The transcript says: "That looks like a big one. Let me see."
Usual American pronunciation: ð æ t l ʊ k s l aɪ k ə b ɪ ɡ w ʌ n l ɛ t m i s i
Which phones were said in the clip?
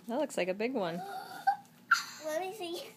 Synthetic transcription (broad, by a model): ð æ t l ʊ k s l aɪ k ə b ɪ ɡ w ʌ n w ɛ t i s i